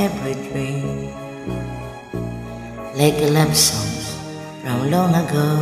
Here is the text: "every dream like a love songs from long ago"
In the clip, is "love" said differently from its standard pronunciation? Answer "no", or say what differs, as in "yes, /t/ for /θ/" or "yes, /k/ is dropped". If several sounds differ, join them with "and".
yes, /b/ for /v/